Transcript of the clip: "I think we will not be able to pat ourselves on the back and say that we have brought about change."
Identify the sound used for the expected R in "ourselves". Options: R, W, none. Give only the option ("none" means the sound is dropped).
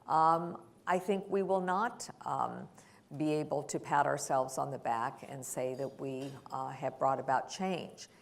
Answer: R